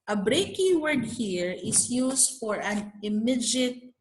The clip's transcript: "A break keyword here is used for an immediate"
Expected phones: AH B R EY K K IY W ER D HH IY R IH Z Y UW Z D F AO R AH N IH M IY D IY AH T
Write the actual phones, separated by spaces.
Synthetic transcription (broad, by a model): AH B R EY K K IY W ER D HH IY R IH S Y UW S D F AO R AH N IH M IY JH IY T